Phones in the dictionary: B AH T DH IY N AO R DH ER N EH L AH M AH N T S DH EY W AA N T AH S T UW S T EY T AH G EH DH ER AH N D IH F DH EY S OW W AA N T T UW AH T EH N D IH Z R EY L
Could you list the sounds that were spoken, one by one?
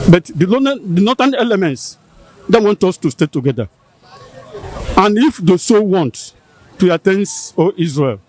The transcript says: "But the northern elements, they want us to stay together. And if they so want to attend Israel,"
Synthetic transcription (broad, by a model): B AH T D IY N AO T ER N EH L AH M AH N T S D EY W AA N T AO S T UW S T EY T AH G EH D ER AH N IH F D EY S OW W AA N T T UW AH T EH N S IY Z R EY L